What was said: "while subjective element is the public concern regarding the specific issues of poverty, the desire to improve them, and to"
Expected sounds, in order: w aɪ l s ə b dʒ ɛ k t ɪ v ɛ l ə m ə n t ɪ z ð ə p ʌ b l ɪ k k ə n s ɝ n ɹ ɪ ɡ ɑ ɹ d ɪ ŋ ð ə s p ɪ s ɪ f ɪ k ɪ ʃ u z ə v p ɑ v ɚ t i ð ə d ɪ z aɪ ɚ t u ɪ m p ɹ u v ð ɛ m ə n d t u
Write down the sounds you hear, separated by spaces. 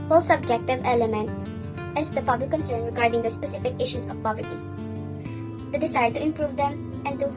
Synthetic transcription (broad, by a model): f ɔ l s ə b dʒ ɛ k t ɪ v ɛ l ə m ə n t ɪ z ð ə p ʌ b l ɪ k k ə n s ɝ n ɹ ɪ ɡ ɑ ɹ d ɪ ŋ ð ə s p ɪ s ɪ f ɪ k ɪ ʃ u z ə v p ɑ v ɚ t i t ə d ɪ s aɪ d t u ɪ m p ɹ u v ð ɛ m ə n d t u